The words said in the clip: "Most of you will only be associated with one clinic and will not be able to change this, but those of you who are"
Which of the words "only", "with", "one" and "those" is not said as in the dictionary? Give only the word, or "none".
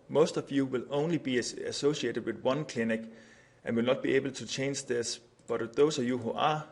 those